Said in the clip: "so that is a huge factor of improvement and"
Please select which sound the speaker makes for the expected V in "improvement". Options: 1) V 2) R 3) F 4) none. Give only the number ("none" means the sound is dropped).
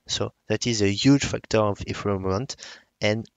4